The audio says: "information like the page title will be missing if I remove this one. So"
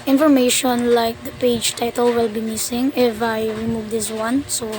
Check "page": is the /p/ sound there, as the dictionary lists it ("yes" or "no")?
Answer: yes